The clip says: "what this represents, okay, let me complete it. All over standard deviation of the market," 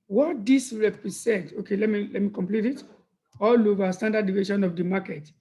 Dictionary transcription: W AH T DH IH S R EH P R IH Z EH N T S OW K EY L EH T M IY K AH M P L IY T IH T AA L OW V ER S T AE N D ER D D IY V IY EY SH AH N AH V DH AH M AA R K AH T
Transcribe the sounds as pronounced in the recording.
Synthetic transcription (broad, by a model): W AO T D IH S R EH P R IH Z EH N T OW K EY L EH T M IY K AH M P L IY T IH T AA L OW V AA S T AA N D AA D D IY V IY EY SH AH N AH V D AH M AA K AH T